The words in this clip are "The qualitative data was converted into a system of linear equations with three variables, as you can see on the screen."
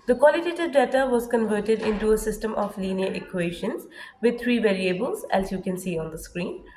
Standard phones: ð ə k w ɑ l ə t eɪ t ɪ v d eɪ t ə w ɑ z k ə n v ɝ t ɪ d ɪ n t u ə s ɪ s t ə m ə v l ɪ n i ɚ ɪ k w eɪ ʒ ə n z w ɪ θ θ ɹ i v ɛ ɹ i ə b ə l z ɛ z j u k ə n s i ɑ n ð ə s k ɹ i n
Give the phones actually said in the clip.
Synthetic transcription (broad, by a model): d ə k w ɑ l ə t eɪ t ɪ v d eɪ t ə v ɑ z k ə n v ɝ t ɪ d ɪ n t u ə s ɪ s t ə m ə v l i n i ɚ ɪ k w eɪ ʃ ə n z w ɪ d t ɹ i v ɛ ɹ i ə b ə l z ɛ s j u k ə n s i ɑ n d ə s k ɹ i n